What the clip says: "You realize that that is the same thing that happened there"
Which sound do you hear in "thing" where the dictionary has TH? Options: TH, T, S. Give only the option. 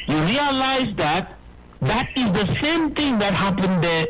T